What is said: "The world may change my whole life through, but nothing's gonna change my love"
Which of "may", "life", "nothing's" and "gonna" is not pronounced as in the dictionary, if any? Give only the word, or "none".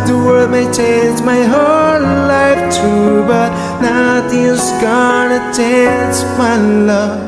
nothing's